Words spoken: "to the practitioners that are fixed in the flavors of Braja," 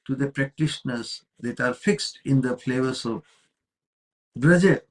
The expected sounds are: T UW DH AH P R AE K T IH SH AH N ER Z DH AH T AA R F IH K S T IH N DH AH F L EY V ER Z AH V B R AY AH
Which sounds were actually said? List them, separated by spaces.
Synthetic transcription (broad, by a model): T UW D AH P R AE K T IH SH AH N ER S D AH T AA R F IH K S T IH N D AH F L EY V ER S AH V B R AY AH